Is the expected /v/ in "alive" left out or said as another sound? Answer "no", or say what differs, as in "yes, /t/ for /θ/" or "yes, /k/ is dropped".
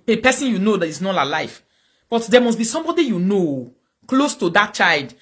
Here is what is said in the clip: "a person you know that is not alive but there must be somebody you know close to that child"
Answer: yes, /f/ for /v/